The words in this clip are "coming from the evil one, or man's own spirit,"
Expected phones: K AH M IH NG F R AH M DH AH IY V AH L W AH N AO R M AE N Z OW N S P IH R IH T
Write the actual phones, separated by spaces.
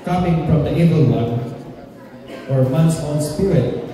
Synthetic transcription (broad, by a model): K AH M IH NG F R AH M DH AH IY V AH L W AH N AO R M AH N S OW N S P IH R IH T